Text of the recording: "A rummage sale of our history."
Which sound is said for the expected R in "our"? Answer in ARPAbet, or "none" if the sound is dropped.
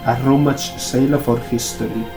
R